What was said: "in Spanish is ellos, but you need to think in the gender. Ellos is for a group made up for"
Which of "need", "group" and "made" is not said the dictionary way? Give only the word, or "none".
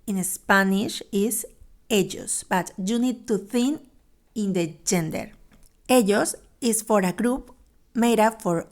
none